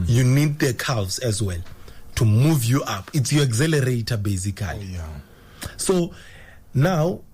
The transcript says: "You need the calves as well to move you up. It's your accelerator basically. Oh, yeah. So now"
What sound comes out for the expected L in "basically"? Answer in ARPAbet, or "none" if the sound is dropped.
none